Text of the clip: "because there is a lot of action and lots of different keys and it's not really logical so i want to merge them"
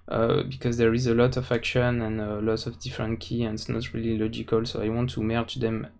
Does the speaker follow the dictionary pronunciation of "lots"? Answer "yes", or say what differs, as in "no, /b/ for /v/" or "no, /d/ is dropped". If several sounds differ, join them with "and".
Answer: no, /s/ is dropped